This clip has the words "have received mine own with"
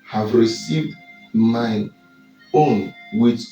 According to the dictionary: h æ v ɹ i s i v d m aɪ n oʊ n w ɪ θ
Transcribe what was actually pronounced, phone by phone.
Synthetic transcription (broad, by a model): h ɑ v ɹ i s i v d m aɪ oʊ n w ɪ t